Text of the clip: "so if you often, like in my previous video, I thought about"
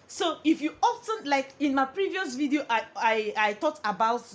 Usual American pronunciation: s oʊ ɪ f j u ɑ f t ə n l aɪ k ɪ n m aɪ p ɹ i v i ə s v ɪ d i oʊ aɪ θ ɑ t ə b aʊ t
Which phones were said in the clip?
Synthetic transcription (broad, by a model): s oʊ ɪ f j u ɑ f t ə n l aɪ k ɪ n m aɪ p ɹ i v i ə s v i d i oʊ aɪ t ɑ t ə b aʊ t